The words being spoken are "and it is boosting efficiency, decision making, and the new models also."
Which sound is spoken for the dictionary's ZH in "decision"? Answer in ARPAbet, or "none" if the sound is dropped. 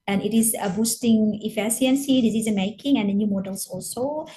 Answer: Z